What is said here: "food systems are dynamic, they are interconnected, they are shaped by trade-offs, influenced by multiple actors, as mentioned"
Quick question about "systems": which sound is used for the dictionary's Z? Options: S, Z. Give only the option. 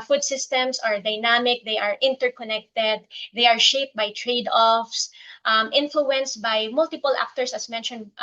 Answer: S